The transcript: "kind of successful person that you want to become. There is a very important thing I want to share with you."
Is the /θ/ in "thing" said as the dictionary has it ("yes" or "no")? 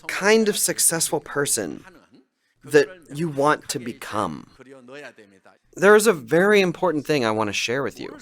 yes